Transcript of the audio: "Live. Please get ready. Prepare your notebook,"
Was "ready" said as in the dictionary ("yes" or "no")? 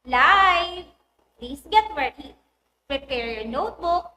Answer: no